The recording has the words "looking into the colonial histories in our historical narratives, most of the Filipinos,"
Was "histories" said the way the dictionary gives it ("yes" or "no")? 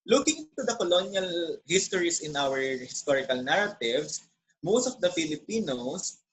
no